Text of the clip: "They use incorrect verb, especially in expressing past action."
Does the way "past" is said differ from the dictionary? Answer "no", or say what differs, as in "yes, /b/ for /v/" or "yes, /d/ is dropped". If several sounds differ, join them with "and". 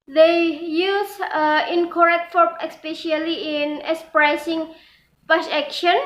yes, /t/ is dropped